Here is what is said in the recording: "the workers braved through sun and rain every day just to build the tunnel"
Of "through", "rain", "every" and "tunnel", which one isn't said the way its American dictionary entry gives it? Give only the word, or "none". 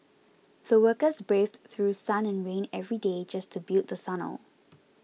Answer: tunnel